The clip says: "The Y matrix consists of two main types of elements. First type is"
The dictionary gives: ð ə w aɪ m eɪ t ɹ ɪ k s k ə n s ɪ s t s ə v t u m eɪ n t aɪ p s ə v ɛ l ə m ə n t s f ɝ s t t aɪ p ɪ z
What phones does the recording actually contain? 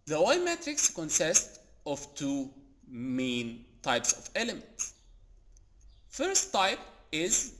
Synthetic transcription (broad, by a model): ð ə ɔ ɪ m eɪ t ɹ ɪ k s k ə n s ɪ s t ə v t u m eɪ n t aɪ p s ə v ɛ l ə m ə n t s f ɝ s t t aɪ p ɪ z